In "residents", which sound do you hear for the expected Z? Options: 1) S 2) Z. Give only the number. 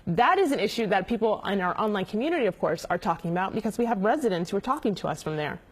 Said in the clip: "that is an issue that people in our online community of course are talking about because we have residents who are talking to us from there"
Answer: 2